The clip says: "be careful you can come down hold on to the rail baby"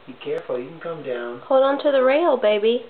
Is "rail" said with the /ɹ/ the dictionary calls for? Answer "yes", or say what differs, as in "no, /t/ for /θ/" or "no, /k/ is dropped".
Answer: yes